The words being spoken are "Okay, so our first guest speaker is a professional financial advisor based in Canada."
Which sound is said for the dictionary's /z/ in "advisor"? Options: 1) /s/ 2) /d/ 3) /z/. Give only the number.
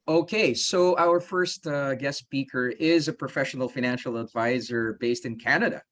3